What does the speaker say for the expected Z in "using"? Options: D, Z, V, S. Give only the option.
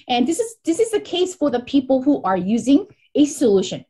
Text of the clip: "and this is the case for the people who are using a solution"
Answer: Z